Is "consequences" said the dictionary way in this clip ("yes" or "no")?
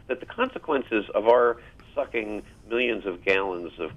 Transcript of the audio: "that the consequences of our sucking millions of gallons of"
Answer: yes